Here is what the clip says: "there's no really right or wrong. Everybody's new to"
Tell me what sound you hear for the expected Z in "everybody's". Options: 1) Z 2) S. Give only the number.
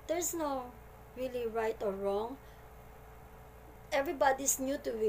2